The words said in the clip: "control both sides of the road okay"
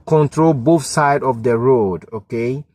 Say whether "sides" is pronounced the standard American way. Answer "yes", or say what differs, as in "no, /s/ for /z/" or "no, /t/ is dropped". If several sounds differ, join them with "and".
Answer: no, /z/ is dropped